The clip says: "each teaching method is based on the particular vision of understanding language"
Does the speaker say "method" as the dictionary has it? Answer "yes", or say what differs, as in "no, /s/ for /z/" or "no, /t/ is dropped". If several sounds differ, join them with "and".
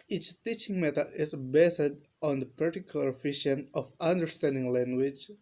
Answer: no, /t/ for /θ/ and /d/ is dropped